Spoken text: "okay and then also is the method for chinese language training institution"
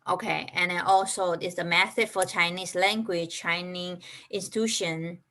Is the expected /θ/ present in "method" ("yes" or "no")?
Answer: no